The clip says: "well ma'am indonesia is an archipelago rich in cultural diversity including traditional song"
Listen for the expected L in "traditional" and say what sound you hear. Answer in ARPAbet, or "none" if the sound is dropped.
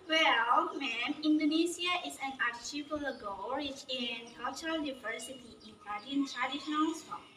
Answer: N